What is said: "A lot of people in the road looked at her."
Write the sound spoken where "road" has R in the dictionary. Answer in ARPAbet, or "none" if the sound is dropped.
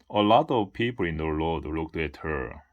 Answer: L